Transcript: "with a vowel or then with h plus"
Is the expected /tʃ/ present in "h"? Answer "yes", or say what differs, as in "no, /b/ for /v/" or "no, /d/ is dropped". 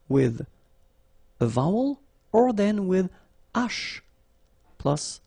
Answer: no, /ʃ/ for /tʃ/